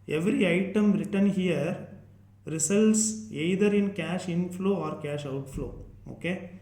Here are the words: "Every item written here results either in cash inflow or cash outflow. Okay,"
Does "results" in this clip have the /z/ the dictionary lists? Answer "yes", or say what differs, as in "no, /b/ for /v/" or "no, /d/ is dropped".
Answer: no, /s/ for /z/